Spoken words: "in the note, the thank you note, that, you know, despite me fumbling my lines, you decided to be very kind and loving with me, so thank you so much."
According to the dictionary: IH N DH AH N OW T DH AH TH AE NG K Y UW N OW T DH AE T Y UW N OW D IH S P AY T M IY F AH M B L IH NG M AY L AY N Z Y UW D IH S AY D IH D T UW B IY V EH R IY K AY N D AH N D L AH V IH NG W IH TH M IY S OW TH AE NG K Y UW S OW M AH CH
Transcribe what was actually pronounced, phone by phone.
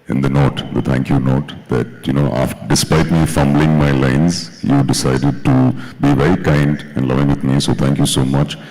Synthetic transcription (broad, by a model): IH N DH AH N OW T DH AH T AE NG K Y UW N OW T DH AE T Y UW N OW D IH S P AY T M IY F AH M B L IH NG M AY L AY N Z Y UW D IH S AY D IH D T UW B IY V EH R IY K AY N D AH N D L AH V IH NG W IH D M IY S OW T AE NG K Y UW S OW M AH CH